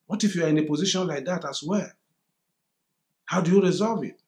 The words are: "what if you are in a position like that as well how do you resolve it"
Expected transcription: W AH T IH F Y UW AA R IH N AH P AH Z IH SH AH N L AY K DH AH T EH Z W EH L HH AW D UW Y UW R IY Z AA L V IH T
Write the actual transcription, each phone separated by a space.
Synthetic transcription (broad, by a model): W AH T IH F Y UW AA R IH N AH P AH Z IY SH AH N L AY K DH AH T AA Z W EH L HH AW D UW Y UW R IY Z AA L V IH T